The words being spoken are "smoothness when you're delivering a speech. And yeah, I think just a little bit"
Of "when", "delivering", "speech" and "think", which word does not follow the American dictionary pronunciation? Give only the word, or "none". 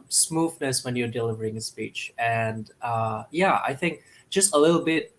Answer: none